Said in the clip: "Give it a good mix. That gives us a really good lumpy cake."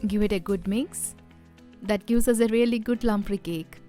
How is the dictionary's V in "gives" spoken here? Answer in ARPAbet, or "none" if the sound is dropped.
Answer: none